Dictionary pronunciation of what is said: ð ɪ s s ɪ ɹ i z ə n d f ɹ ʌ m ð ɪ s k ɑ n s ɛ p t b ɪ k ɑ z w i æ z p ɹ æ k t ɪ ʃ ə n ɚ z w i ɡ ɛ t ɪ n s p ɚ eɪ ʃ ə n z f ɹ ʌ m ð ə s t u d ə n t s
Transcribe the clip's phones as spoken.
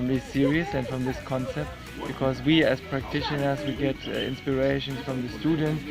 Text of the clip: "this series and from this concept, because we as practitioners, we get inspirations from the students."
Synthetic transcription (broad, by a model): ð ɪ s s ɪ ɹ i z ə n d f ɹ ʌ m ð ɪ s k ɑ n s ɛ p t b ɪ k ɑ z w i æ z p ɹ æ k t ɪ ʃ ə n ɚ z w i ɡ ɛ t ɪ n s p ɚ eɪ ʃ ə n s f ɹ ʌ m ð ə s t u d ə n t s